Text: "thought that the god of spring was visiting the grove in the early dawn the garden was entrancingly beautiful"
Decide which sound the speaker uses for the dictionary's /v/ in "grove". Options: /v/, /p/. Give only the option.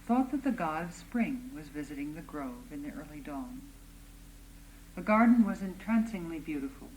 /v/